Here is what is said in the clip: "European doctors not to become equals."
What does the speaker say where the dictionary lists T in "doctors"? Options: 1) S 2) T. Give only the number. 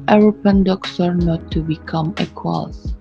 1